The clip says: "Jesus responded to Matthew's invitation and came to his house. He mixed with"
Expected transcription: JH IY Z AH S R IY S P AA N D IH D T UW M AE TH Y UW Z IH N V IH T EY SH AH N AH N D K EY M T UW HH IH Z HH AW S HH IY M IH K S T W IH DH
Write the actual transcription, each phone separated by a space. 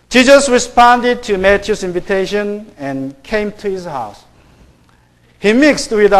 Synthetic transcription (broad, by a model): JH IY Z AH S R IY S P AA N D IH D T UW M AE T Y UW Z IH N V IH T EY SH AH N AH N K EY M T UW HH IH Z HH AW S HH IY M IH K S T W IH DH